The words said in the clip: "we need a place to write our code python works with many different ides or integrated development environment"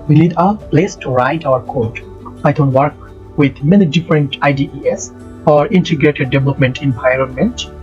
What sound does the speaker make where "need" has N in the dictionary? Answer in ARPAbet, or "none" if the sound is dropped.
L